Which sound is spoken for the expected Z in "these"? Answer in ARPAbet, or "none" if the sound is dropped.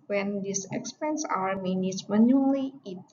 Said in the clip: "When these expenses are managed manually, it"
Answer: S